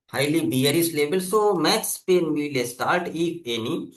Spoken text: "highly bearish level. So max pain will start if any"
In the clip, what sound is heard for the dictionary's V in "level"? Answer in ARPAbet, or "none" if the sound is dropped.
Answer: B